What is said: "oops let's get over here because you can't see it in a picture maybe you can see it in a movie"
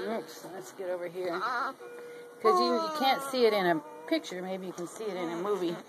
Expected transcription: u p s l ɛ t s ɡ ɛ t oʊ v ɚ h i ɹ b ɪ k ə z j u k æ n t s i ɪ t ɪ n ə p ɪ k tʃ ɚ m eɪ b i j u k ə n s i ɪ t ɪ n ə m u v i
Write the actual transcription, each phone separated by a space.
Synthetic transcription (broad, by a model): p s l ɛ t s ɡ ɛ t oʊ v ɚ h i ɹ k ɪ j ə j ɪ k æ n t s i ɪ t ɪ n ə p ɪ k tʃ ɚ m eɪ b i j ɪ k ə n s i ɪ t ɪ n ə m u v i